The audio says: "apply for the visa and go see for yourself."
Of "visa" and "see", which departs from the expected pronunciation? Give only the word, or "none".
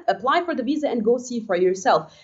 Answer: none